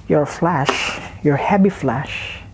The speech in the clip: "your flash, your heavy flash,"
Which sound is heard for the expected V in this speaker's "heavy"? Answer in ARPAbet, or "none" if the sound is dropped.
B